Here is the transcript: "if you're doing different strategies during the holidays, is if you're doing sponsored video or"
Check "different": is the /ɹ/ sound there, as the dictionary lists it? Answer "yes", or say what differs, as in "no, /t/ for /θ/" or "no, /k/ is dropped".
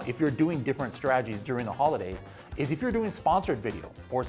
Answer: yes